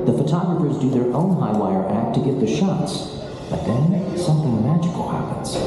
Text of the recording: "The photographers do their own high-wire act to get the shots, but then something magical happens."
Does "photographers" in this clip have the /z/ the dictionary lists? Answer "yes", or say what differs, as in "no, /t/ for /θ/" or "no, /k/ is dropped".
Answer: yes